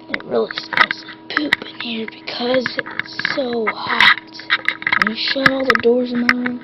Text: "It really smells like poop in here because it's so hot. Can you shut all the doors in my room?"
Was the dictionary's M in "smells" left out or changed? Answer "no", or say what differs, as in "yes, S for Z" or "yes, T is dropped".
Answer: yes, M is dropped